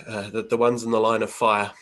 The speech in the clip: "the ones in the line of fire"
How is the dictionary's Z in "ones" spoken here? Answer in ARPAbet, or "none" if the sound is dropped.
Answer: Z